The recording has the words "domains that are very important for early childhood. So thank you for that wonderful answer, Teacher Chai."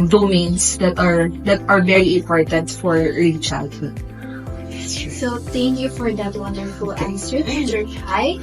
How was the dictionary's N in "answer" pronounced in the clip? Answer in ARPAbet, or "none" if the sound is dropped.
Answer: none